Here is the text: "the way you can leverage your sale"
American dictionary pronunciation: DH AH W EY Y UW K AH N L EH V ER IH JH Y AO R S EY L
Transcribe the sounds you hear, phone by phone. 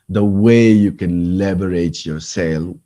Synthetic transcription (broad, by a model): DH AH W EY Y UW K AH N L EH B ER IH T Y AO S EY L